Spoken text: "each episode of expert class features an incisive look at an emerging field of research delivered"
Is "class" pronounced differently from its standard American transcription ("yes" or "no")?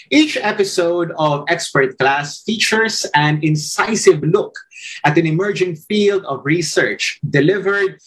no